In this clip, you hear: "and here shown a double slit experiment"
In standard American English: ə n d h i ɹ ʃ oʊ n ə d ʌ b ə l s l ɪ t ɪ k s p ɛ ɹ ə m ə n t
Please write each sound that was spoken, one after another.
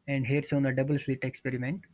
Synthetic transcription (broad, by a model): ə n d h i ɹ s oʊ n ə d ʌ b ə l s l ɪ t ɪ k s p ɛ ɹ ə m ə n t